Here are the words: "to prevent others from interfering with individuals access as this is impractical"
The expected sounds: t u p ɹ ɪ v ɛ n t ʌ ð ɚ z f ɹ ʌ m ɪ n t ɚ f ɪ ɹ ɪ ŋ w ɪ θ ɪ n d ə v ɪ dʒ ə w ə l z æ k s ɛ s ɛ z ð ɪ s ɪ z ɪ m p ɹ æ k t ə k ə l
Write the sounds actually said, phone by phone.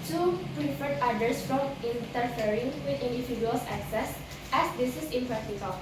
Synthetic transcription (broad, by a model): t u p ɹ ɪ f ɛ t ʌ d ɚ s f ɹ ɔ m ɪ n t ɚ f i ɹ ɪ ŋ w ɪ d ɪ n d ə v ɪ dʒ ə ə l s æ k s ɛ s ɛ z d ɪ s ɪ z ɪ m p ɹ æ k t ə k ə l